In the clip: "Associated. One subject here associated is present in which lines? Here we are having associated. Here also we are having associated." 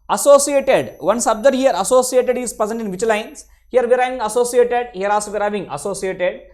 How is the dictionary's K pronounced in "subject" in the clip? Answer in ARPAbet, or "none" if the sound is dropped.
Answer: none